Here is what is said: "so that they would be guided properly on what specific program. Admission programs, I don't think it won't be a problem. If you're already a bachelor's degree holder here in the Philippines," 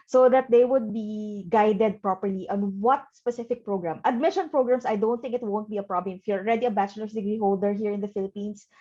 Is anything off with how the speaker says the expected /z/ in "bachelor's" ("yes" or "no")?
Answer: yes